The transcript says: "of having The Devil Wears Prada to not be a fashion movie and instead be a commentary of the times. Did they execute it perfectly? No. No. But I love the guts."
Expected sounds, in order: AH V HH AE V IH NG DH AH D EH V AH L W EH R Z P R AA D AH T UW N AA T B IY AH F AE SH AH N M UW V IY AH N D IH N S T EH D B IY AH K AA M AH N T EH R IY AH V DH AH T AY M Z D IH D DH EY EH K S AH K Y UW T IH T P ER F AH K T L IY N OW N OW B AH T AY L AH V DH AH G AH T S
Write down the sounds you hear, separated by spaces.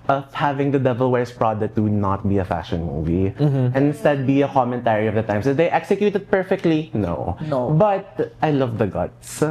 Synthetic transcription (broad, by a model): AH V HH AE V IH NG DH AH D EH V AH L W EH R S P R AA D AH T UW N AA T B IY AH F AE SH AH N M UW V IY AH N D IH N S T EH D B IY AH K AA M AH N T EH R IY AH V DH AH T AY M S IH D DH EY EH K S AH K Y UW T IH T P ER F AH K T L IY N OW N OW B AH T AY L AH V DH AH G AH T S